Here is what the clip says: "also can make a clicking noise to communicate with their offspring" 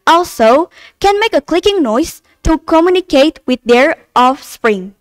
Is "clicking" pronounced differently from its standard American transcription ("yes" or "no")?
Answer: no